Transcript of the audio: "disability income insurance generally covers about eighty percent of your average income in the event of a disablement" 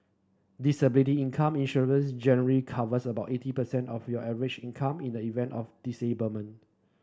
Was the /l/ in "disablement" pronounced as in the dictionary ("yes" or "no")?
no